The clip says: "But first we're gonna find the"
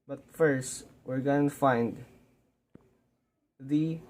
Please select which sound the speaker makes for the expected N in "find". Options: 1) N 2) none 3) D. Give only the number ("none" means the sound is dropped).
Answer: 1